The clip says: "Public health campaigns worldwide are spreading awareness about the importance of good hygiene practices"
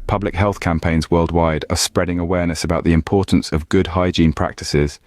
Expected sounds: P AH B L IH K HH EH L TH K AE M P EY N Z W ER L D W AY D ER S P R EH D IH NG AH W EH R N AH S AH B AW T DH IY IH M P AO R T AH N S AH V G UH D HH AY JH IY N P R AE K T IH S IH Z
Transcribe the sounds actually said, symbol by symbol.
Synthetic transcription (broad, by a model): P AH B L IH K HH EH L TH K AE M P EY N Z W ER L D W AY D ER S P R EH D IH NG AH W EH N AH S AH B AW T DH IY IH M P AO T N S AH V G UH D HH AY JH IY N P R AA K T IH S IH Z